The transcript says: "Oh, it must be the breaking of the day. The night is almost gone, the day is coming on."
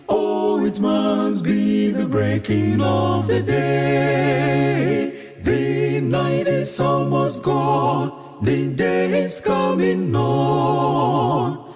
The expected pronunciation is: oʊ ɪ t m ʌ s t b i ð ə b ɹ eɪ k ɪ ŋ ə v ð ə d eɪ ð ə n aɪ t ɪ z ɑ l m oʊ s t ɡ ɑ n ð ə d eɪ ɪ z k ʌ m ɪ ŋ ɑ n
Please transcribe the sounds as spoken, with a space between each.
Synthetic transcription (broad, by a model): oʊ ɪ t m ʌ s t b i ð ə b ɹ eɪ k ɪ ŋ ə v ð ə d eɪ ð ə n aɪ t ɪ s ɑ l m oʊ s ɡ ɑ n ð ə d eɪ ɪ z k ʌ m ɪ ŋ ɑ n